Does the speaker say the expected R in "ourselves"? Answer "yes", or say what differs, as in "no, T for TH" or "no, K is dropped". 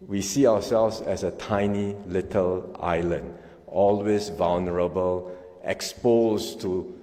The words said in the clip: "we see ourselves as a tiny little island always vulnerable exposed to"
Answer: no, W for R